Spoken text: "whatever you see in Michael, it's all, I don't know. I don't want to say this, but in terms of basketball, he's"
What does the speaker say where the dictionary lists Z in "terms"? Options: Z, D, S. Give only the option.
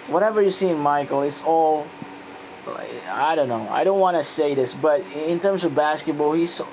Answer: Z